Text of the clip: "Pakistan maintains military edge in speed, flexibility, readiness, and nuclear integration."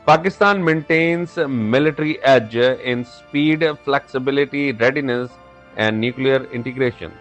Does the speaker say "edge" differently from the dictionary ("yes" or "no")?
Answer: no